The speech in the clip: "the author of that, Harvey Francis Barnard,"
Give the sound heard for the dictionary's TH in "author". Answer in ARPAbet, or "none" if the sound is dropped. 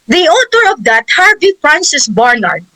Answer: T